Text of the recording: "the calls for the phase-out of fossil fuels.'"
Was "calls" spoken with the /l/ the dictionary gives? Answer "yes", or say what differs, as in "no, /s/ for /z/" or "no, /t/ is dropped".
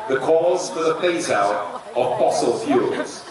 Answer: no, /l/ is dropped